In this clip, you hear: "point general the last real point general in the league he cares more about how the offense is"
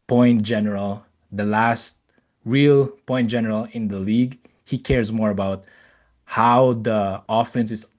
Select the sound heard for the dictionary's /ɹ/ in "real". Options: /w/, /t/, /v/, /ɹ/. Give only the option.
/ɹ/